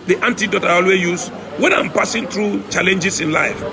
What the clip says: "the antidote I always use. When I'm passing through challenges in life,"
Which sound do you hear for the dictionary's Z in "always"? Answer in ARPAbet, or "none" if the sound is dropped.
none